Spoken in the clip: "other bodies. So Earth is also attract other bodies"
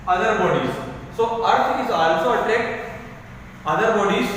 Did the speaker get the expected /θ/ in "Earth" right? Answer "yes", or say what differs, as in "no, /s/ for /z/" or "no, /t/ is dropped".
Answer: no, /t/ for /θ/